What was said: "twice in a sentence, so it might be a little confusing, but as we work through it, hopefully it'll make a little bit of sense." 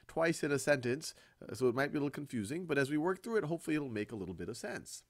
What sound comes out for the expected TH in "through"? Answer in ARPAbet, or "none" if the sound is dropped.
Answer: TH